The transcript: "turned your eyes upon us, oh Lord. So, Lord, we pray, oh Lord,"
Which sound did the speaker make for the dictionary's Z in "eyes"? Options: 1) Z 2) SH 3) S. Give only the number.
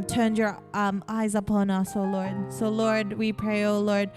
1